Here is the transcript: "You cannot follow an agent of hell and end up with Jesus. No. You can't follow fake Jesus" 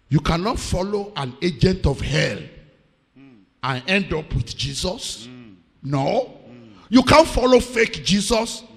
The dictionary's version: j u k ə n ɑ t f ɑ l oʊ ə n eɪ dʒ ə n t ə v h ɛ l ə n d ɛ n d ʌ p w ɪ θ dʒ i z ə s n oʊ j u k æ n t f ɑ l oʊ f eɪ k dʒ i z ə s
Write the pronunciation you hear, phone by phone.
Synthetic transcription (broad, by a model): j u k ə n ɑ t f ɑ l oʊ ə n eɪ dʒ ə n t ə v h ɛ l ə n ɛ n d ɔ p w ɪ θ dʒ i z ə s n oʊ j u k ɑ n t f ɑ l oʊ f eɪ k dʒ i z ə s